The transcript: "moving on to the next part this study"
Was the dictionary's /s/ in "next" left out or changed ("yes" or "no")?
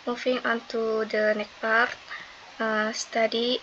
yes